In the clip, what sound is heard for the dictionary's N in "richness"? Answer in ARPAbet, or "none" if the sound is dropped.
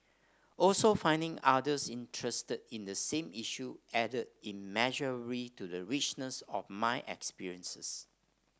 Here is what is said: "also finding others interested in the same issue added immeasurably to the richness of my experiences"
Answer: N